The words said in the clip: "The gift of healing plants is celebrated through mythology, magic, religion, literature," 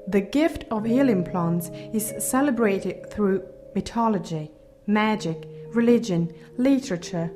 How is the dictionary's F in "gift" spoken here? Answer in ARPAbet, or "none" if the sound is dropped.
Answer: F